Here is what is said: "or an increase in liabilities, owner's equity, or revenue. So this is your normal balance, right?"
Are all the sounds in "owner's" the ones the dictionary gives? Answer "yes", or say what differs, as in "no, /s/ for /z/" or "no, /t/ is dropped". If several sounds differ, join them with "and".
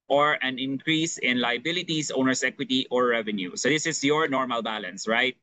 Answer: no, /s/ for /z/